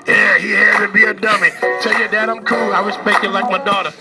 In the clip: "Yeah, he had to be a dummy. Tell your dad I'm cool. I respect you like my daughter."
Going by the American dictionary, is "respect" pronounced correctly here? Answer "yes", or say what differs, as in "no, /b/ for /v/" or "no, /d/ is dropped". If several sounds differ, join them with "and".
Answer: no, /w/ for /ɹ/